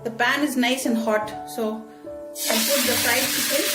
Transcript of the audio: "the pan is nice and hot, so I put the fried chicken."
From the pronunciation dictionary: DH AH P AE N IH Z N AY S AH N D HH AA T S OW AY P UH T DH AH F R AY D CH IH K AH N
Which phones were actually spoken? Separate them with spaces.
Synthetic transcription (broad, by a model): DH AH P AE N IH Z N AY S AH N D HH AA T S OW AY P UH T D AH P R AY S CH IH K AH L